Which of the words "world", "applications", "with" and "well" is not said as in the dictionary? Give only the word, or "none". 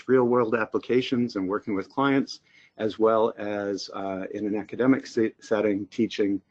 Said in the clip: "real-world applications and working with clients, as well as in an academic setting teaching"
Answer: none